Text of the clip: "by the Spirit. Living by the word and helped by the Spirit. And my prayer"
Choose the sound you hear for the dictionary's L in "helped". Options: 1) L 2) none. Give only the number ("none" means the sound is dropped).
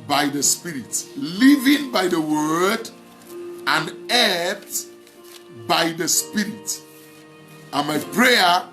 2